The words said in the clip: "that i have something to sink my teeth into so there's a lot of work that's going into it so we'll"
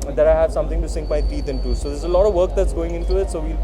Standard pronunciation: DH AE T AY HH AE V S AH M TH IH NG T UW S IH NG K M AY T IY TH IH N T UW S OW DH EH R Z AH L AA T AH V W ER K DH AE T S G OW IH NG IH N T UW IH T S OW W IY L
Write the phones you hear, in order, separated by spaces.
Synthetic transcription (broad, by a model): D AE T AY HH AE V S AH M T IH NG T UW S IH NG K M AY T IY T IH N T UW S OW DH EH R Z AH L AA T AH V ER K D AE T S G OW IH NG IH N T UW IH T S OW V IY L